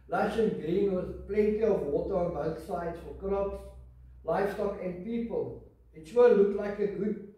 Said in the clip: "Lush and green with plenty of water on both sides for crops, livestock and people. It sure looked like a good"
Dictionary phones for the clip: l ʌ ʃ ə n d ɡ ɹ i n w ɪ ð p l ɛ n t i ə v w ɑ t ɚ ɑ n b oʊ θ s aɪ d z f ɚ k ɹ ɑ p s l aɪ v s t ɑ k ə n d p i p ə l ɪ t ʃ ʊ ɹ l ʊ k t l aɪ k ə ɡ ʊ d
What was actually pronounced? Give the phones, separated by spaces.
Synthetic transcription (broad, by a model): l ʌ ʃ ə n ɡ ɹ i n w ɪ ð p l ɛ n t i ə v w ɑ t ɚ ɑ n b oʊ θ s aɪ d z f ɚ k ɹ ɑ p s l aɪ f s t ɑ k ə n d p i p ə l ɪ t s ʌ l ʊ k t l aɪ k ə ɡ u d